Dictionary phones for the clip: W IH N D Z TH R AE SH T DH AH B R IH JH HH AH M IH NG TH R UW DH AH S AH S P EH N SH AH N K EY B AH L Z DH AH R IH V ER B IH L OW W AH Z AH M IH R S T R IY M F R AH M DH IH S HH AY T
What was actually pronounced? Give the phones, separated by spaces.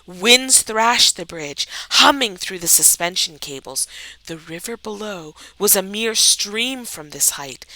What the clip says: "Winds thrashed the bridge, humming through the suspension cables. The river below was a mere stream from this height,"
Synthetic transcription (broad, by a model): W IH N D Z TH R AE SH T DH AH B R IH JH HH AH M IH NG TH R UW DH AH S AH S P EH N SH AH N K EY B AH L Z DH AH R IH V ER B IH L OW W AH Z AH M IH R S T R IY M F R AH M DH IH S HH AY T